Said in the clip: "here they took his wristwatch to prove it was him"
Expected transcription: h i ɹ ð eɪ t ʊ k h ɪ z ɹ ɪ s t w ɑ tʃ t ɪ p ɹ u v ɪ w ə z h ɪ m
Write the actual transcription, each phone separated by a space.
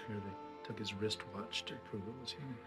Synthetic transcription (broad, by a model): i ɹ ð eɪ t ʊ k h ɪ z ɹ ɪ s t w ɑ tʃ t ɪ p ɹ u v ɪ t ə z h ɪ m